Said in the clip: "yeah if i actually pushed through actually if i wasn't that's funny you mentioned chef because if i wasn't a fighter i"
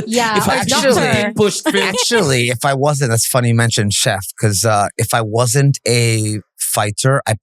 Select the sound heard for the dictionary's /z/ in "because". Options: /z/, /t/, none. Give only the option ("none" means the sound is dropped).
none